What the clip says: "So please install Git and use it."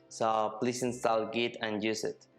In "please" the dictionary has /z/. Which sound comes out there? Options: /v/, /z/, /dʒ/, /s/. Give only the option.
/s/